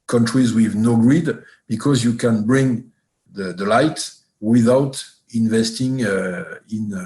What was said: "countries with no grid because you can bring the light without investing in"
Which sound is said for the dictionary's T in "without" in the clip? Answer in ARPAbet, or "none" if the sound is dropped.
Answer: T